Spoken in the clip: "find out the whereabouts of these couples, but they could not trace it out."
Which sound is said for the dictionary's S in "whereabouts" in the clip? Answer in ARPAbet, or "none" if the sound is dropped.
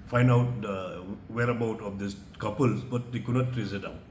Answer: none